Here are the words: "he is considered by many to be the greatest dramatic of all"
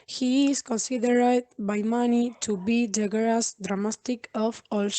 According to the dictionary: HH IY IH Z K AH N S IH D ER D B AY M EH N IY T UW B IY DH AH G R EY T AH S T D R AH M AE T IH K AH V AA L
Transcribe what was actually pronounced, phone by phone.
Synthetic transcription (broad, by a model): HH IY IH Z K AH N S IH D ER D B AY M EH N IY T UW B IY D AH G EY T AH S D R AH M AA T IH K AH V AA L